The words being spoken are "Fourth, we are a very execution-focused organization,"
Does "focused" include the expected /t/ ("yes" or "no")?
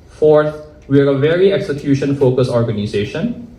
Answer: no